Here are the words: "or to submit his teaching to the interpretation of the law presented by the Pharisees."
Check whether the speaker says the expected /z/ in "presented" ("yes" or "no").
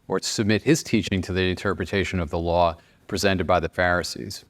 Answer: yes